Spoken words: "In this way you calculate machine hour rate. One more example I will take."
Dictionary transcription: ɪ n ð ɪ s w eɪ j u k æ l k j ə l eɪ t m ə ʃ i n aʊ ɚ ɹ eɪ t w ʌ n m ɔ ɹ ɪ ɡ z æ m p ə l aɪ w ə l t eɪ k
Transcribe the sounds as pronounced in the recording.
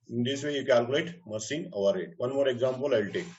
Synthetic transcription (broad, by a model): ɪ n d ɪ s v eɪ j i k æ l k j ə l eɪ t m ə s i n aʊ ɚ ɹ eɪ t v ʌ n m ɔ ɹ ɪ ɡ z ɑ m p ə l aɪ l t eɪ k